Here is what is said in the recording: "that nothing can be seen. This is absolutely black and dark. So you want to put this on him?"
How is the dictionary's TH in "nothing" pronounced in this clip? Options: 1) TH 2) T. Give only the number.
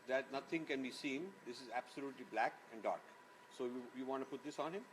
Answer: 2